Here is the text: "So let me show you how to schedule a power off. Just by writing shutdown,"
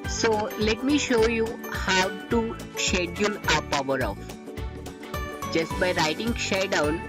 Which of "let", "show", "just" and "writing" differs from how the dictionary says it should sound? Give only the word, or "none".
none